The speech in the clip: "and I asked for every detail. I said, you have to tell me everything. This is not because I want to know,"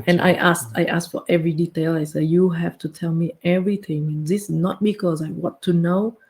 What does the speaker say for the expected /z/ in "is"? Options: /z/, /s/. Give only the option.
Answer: /s/